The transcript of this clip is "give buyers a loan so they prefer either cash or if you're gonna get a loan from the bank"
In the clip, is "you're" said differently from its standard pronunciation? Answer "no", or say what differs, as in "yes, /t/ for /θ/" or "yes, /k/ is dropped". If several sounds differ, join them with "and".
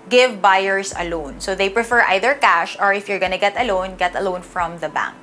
no